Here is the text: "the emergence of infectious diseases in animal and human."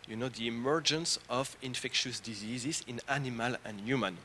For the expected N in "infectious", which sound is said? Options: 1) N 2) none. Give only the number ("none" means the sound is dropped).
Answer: 1